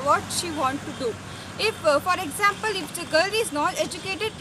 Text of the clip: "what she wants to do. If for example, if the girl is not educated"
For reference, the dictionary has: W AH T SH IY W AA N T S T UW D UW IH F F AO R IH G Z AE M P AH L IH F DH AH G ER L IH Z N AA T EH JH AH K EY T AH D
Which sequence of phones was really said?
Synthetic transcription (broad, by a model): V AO T SH IY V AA N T T UW D UW IH F F AO R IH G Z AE M P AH L IH F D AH G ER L IH Z N AA T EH JH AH K EY T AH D